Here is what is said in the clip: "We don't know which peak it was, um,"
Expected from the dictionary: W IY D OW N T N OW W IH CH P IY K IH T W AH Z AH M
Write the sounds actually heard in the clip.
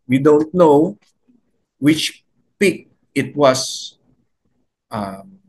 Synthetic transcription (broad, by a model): W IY D OW N T N OW W IH CH P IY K IH T W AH S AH M